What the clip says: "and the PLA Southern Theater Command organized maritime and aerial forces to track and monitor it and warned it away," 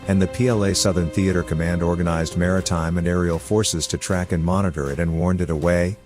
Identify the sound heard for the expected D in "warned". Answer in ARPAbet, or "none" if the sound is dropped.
D